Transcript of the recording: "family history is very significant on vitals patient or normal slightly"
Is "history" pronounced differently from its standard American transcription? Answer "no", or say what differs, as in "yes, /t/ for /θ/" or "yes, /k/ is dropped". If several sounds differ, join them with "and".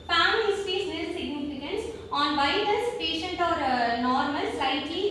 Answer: yes, /ɹ/ is dropped